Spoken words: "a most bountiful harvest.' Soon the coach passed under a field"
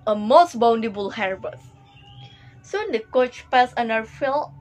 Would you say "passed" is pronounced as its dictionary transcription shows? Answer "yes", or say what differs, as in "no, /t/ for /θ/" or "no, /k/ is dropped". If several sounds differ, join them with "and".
no, /t/ is dropped